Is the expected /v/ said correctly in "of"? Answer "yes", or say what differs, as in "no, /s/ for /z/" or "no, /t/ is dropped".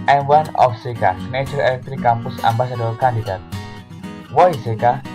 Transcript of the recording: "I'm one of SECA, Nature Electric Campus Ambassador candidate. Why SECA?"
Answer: no, /f/ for /v/